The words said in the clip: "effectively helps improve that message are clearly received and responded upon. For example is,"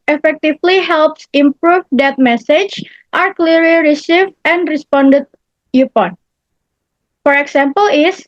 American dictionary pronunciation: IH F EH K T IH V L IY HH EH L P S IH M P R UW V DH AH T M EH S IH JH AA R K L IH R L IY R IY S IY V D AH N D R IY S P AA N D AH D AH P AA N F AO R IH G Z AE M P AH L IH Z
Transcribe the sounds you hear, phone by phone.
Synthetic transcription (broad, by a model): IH F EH K T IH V L IY HH EH L P S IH M P R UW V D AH T M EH S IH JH AA R K L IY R L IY R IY S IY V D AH N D R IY S P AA N D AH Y AH P AA N F AO R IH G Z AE M P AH L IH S